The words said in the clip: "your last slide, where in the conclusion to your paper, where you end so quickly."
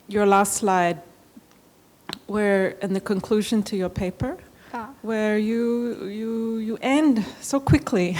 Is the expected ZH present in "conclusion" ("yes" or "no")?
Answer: yes